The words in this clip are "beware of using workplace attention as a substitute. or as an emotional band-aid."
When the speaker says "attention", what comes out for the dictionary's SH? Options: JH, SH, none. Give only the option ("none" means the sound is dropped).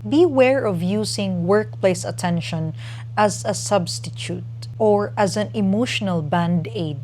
SH